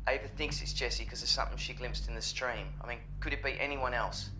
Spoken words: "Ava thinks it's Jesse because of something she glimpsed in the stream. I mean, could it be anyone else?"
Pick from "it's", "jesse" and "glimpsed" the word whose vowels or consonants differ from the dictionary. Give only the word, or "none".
none